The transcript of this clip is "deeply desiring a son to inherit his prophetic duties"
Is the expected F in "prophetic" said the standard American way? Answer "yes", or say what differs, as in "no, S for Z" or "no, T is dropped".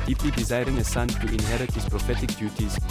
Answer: yes